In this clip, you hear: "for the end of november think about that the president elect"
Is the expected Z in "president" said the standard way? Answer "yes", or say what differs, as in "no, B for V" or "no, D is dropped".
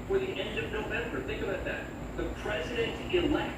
yes